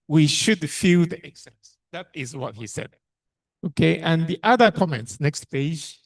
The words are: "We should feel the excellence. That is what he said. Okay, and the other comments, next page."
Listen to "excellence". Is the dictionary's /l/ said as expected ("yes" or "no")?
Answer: no